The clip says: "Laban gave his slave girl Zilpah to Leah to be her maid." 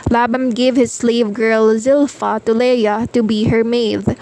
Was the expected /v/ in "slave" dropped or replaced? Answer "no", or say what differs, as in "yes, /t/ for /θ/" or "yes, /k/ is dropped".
no